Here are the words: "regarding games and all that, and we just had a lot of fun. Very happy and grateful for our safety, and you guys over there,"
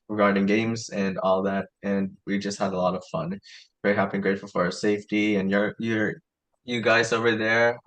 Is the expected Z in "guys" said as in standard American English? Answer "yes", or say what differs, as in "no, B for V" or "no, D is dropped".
yes